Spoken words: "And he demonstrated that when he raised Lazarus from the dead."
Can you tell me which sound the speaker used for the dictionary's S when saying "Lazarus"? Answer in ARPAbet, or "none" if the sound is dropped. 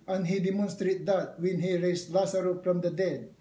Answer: none